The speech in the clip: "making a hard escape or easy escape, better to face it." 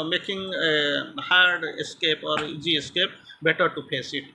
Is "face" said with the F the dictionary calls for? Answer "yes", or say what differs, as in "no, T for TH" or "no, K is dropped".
no, P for F